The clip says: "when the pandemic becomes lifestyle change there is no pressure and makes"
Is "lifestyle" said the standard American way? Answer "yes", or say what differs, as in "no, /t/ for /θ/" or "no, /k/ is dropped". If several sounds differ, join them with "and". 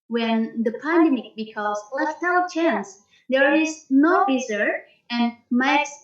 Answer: no, /f/ is dropped